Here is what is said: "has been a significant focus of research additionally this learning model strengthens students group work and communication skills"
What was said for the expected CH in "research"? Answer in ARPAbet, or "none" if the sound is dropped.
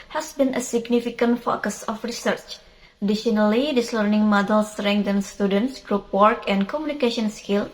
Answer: CH